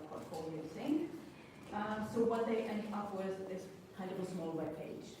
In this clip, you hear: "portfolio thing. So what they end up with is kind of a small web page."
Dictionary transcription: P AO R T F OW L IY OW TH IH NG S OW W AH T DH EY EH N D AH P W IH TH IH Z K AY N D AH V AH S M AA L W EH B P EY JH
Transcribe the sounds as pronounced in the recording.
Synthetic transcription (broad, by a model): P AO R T F OW L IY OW S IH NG S OW W AH T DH EY EH N D AH P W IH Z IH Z K AY N D AH V AH S M AA L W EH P EY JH